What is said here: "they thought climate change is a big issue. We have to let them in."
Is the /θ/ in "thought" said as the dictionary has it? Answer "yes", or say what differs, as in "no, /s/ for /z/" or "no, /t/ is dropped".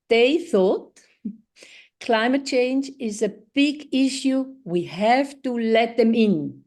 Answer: yes